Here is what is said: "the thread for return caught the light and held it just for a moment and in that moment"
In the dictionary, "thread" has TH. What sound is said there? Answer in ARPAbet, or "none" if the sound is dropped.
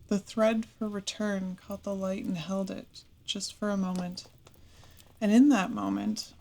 TH